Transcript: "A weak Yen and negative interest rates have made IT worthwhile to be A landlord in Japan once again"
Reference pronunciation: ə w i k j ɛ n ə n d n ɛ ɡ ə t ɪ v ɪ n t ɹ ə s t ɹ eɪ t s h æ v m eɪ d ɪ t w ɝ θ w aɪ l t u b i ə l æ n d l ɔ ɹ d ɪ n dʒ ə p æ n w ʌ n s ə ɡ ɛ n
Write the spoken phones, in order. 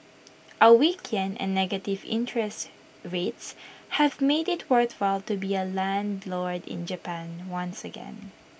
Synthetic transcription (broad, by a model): ə w i k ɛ n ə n n ɛ ɡ ə t ɪ v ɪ n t ɹ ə s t ɹ eɪ t s h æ v m eɪ d ɪ t w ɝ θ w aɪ l t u b i ə l æ n d l ɔ ɹ d ɪ n dʒ ə p æ n w ʌ n s ə ɡ ɛ n